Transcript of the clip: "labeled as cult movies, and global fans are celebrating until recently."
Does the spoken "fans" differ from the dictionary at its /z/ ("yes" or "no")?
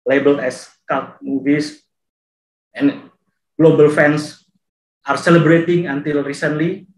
yes